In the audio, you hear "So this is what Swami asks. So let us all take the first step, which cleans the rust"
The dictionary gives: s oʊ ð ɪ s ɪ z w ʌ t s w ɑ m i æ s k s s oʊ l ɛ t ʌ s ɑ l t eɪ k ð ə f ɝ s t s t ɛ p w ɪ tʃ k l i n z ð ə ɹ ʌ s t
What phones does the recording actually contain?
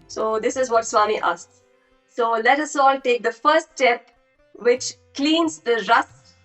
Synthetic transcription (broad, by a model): s oʊ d ɪ s ɪ z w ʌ t s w ɑ m i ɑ s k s s oʊ l ɛ t ʌ s ɑ l t eɪ k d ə f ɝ t s t ɛ p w ɪ tʃ k l i n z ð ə ɹ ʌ s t